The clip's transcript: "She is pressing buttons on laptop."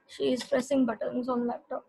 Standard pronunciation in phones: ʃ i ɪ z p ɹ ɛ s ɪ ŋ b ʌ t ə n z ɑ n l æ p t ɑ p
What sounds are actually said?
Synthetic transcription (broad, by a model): ʃ i ɪ z p ɹ ɛ s ɪ ŋ b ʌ t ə n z ɑ n l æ p t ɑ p